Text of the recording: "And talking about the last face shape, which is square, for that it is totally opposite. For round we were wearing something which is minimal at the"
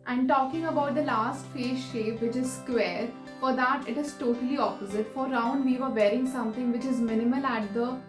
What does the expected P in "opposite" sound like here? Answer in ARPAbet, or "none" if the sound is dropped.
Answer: P